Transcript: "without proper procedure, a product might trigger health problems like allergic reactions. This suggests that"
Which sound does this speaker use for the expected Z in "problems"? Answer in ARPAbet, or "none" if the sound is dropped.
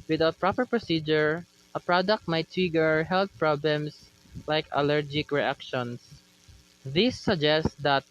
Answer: S